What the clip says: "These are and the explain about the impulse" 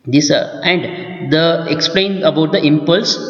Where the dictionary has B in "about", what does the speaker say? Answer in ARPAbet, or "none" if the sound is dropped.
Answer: B